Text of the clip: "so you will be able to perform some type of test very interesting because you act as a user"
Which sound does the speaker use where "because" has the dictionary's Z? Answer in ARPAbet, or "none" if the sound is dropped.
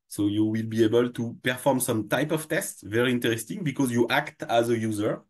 Z